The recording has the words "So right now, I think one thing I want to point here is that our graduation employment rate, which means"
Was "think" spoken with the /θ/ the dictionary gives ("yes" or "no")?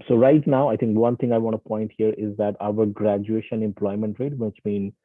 no